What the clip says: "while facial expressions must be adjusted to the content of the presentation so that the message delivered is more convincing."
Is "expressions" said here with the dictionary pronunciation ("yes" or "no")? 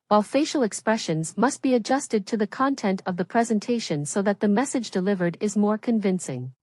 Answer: yes